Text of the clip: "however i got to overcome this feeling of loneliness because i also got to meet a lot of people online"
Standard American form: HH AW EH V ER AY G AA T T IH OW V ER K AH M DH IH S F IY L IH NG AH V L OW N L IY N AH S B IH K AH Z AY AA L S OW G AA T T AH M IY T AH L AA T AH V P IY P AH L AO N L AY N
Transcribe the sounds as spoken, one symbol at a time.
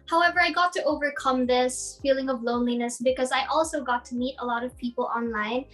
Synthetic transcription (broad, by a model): HH AW EH V ER AY G AA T T IH OW V ER K AH M DH IH S F IY L IH NG AH V L OW N L IY N AH S B IH K AH Z AY AA L S OW G AA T T AH M IY T AH L AA T AH V P IY P L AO N L AY N